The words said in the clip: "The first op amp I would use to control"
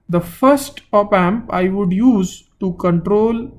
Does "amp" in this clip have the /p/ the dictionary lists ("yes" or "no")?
yes